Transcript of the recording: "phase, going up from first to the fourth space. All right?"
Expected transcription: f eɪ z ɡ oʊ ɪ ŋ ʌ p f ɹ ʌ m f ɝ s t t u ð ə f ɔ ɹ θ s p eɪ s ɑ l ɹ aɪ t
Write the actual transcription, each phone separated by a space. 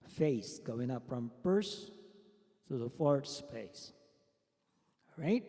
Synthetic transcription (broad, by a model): f eɪ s ɡ oʊ ɪ ŋ ʌ p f ɹ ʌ m p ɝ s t t u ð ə f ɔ ɹ t s p eɪ s ɹ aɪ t